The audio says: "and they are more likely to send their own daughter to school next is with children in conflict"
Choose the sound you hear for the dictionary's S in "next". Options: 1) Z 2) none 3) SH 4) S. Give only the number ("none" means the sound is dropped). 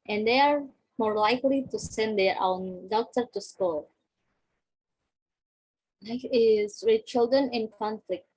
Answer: 2